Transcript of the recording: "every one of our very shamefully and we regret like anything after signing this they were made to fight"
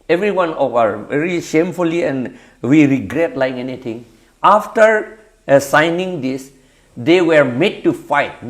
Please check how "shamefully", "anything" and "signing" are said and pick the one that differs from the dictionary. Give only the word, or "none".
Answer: anything